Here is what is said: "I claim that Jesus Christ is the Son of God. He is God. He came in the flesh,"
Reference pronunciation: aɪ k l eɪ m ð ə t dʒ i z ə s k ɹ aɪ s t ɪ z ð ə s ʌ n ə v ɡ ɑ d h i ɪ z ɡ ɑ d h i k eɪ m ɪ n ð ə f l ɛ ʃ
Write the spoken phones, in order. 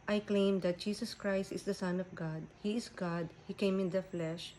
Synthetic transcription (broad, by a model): aɪ k l eɪ m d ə t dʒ i s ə s k ɹ aɪ s t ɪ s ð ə s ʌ n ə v ɡ ɑ d h i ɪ s ɡ ɑ d h i k eɪ m ɪ n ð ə f l ɛ ʃ